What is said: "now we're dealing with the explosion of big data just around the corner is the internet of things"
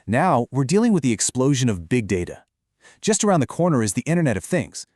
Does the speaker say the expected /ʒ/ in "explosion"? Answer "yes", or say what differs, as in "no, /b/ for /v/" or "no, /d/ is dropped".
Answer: yes